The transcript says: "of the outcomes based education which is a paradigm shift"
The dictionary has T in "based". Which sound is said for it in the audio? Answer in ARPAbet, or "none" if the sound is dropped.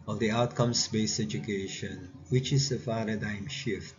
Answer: none